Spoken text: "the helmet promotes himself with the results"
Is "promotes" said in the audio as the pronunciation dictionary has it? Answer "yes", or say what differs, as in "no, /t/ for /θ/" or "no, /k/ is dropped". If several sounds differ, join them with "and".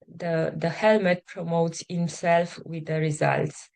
yes